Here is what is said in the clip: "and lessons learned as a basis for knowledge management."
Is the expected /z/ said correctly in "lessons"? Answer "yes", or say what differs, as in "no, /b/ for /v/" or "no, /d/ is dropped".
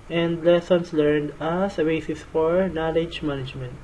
no, /s/ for /z/